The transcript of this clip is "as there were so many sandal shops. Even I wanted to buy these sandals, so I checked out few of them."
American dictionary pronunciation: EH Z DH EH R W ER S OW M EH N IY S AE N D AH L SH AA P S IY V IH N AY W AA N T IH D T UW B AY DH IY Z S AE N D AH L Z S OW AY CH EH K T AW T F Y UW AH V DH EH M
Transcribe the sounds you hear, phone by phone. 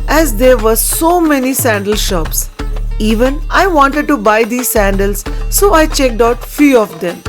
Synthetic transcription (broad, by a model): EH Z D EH R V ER S OW M EH N IY S AE N D AH L SH AA P S IY V IH N AY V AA N T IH D T UW B AY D IY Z S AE N D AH L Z S OW AY CH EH K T AW T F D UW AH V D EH M